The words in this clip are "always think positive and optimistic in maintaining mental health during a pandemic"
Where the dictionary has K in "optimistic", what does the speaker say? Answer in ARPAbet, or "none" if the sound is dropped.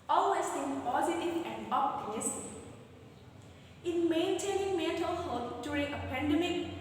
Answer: none